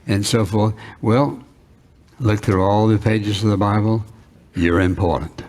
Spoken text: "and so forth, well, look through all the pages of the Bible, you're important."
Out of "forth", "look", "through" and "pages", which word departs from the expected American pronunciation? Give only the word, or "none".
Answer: none